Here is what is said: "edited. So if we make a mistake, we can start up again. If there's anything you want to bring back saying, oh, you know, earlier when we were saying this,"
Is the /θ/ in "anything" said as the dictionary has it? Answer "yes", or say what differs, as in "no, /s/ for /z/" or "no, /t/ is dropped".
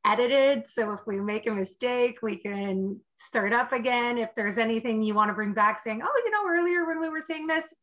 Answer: yes